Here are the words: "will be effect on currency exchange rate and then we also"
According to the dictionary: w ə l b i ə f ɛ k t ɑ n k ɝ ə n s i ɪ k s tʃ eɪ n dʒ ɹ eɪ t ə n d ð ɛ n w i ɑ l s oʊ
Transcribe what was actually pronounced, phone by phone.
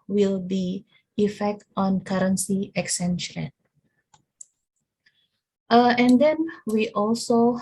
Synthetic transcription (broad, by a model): w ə l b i ə f ɛ k t ɑ n k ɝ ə n s i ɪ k s eɪ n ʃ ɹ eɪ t ə n d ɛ n w i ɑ l s oʊ